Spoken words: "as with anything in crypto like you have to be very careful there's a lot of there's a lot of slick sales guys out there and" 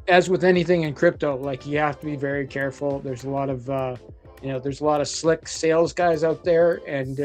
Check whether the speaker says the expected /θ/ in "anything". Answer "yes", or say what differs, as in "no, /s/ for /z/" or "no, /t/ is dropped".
yes